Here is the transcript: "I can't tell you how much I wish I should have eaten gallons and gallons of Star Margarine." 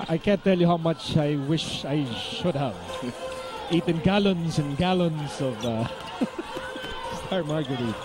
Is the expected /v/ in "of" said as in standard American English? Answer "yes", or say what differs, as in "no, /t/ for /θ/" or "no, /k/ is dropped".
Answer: yes